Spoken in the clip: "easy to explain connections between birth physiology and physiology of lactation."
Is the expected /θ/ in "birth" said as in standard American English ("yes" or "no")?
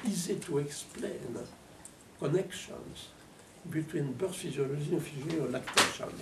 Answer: no